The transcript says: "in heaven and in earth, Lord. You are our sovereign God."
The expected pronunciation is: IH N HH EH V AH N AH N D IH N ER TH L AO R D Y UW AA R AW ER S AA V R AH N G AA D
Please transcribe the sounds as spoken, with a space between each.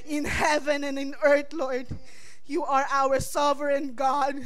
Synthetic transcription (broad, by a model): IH N HH EH V AH N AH N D IH N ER T L AO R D Y UW AA R AW ER S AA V R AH N G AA D